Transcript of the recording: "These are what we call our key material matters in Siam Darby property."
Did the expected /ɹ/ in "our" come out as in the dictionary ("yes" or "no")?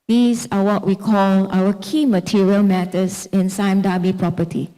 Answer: no